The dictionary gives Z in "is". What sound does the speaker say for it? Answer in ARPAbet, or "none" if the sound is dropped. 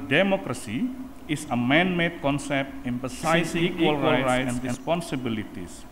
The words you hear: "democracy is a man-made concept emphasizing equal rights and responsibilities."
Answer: S